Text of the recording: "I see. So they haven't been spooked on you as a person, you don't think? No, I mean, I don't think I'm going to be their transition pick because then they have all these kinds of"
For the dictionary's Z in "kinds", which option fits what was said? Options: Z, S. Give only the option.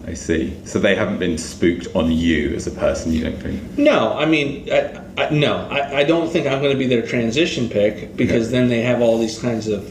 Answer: Z